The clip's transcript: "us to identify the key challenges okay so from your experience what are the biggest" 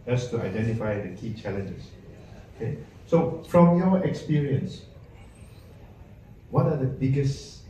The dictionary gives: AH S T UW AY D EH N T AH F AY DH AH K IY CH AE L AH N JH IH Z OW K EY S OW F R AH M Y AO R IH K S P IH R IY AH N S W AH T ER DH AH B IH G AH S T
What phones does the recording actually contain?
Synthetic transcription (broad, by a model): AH S T UW AY D EH N T AH F AY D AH K IY CH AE L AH N JH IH S OW K EY S OW F R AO M Y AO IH K S P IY R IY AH N S W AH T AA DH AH B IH G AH S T